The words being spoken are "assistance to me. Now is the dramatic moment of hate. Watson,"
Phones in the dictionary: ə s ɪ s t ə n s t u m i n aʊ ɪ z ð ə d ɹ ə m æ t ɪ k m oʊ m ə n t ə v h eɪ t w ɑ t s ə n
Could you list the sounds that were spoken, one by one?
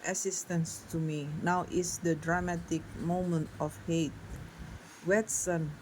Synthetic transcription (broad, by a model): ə s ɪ s t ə n s t u m i n aʊ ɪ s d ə d ɹ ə m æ t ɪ k m oʊ m ə n t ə f h eɪ t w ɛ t s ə n